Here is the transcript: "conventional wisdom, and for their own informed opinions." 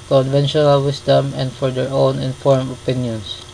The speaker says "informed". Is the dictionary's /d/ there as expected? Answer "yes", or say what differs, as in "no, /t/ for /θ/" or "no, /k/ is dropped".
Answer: no, /d/ is dropped